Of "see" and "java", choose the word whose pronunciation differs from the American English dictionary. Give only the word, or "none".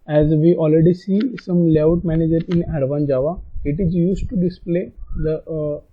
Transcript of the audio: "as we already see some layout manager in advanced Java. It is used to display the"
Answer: none